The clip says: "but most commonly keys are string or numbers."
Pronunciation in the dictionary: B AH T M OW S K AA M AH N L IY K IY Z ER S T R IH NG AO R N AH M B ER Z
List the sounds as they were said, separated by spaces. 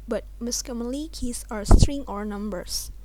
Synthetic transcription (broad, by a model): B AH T M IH S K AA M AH L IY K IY S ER S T R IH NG AO R N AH M B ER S